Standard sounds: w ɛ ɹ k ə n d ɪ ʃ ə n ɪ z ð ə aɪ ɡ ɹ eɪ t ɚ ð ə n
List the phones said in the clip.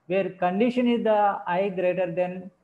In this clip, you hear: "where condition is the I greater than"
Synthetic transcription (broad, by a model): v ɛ ɹ k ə n d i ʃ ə n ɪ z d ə aɪ ɡ ɹ eɪ t ɚ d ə n